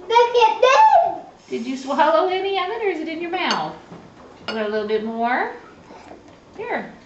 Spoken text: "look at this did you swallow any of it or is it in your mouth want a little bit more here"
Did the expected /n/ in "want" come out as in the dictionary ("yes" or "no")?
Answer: no